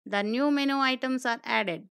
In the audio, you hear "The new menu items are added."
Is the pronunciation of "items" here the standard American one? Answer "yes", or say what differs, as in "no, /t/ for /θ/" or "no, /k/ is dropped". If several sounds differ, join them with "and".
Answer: no, /s/ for /z/